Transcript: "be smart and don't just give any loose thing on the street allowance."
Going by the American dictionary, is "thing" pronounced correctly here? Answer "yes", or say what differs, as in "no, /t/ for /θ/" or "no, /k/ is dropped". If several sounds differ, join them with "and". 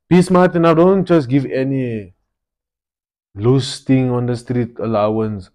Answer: no, /t/ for /θ/